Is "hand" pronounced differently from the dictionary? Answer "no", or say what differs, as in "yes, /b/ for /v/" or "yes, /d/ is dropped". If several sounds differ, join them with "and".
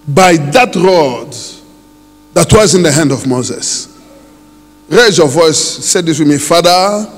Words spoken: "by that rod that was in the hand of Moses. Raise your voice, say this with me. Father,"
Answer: no